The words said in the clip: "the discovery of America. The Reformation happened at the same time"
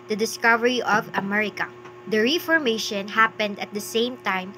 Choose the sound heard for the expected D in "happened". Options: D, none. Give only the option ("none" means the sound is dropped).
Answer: D